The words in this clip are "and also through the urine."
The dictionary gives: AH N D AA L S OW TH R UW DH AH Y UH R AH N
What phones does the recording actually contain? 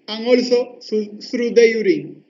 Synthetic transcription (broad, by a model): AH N AA L S OW S R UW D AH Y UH R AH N